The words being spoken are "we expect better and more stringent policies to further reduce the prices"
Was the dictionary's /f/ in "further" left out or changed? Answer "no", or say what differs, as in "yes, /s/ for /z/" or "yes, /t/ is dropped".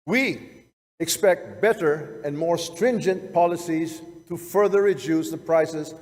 no